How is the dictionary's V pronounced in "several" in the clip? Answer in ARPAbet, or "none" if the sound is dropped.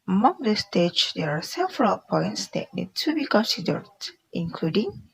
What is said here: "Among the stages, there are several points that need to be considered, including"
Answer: F